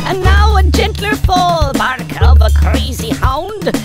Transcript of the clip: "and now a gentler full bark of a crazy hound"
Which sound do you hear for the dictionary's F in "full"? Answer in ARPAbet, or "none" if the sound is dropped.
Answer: P